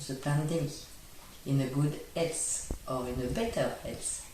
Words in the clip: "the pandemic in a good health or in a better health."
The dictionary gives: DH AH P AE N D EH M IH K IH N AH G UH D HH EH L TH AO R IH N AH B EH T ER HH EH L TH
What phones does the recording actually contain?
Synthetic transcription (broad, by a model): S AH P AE N D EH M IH IH N AH G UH D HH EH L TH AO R IH N AH B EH T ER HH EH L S